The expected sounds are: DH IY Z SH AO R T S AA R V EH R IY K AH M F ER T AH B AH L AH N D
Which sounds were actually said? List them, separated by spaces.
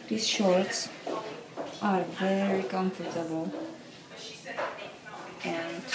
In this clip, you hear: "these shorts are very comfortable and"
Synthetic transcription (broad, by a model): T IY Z SH AO R T S AA R V EH R IY K AH M F ER T AH B AH L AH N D